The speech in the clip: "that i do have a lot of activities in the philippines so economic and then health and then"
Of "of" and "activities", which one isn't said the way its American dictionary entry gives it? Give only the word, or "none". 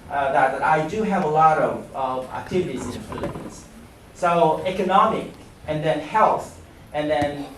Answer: none